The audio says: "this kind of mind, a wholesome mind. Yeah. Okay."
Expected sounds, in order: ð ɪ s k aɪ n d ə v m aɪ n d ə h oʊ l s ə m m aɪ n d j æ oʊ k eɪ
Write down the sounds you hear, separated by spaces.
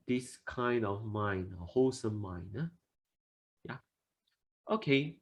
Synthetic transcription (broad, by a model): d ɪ s k aɪ n d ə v m aɪ n ə h oʊ s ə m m aɪ n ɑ j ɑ oʊ k eɪ